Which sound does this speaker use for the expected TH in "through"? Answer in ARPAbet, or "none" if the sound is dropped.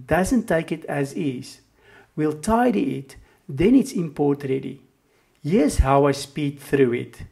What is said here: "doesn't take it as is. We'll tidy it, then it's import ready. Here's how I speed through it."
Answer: TH